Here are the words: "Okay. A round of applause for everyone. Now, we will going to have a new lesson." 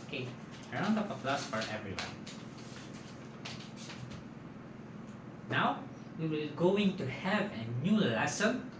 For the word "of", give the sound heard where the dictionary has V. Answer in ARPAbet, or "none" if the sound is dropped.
P